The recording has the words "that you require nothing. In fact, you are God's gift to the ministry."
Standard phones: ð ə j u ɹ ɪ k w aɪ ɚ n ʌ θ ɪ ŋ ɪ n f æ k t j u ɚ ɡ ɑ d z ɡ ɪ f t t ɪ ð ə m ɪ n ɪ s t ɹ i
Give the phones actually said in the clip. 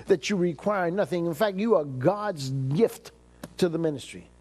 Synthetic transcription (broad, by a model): ð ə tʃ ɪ ɹ ɪ k w aɪ ɚ n ʌ θ ɪ ŋ ɪ n f æ k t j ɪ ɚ ɡ ɑ d z ɡ ɪ f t t ɪ ð ə m ɪ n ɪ s t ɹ i